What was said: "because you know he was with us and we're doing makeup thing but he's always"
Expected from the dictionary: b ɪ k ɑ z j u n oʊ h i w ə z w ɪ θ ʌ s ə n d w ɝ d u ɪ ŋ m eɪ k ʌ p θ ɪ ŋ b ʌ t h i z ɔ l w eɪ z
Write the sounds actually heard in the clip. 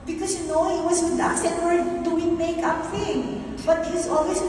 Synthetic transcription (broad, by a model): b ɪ k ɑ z j u n oʊ h i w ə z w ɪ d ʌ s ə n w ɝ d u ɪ m eɪ k ʌ p f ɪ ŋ b ʌ t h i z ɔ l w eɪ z